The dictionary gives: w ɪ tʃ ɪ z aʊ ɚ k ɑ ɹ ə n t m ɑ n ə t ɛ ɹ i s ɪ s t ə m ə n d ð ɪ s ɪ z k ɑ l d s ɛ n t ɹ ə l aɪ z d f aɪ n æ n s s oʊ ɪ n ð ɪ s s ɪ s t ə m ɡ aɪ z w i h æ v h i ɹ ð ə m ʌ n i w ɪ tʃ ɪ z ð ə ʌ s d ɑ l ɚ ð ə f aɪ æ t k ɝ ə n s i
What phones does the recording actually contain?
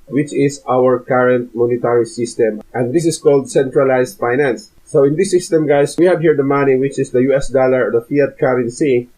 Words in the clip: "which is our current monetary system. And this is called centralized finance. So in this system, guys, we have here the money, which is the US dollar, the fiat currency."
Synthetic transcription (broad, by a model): w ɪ tʃ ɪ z aʊ ɚ k ɑ ɹ ə n t m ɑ n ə t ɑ ɹ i s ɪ s t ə m ə n d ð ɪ s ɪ s k ɑ l d s ɛ n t ɹ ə l aɪ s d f aɪ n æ n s s oʊ ɪ n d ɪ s s ɪ s t ə m ɡ aɪ s w i h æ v h i ɹ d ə m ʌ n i w ɪ tʃ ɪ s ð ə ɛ s d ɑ l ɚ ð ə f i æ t k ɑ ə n s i